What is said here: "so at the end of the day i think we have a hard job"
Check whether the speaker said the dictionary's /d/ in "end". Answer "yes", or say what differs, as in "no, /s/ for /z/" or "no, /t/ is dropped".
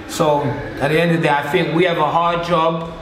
yes